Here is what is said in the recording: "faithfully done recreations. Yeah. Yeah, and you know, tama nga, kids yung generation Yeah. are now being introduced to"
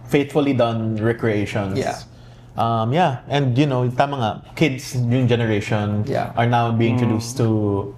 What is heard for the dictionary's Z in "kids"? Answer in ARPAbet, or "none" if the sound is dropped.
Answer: S